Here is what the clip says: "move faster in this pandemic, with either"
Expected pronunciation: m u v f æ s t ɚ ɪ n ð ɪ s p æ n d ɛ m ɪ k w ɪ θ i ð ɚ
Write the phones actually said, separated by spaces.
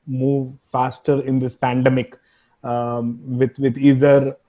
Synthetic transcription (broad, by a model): m u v f æ s t ɚ ɪ n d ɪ s p æ n d ɛ m ɪ k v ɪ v i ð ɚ